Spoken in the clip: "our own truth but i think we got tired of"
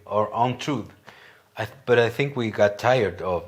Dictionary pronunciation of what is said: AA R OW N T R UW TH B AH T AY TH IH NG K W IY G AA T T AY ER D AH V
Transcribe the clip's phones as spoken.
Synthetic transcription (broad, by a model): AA R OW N T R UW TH B AH T AY TH IH NG K W IY G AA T T AY ER D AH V